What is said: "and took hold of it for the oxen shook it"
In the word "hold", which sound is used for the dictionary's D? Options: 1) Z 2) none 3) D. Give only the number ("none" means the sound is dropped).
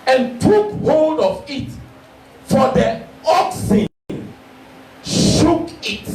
3